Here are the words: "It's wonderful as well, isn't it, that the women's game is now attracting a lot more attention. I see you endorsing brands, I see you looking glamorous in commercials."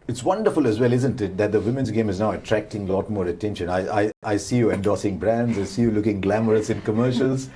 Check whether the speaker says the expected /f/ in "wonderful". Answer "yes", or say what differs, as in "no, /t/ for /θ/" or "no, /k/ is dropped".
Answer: yes